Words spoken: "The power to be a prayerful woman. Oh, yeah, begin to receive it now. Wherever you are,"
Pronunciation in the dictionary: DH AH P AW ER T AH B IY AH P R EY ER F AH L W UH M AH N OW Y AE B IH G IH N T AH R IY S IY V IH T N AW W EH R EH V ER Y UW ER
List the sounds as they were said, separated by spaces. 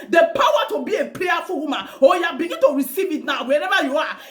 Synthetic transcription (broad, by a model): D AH P AW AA T AH B IY AH P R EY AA F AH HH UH M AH OW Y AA B IH G IH N T AH R IY S IY V IH T N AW W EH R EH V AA Y UW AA